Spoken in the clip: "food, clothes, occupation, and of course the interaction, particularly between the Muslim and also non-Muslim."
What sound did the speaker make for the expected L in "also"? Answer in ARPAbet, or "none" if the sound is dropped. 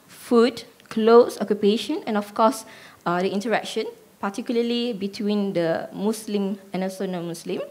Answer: none